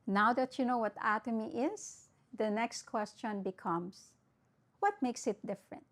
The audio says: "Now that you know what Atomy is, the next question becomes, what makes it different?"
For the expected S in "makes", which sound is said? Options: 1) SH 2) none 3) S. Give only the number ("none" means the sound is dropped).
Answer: 3